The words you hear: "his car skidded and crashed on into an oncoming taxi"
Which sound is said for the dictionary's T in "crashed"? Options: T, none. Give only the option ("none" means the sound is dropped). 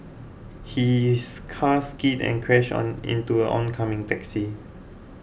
none